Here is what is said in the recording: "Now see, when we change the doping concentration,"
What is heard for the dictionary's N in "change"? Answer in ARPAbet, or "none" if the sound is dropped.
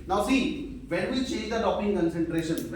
none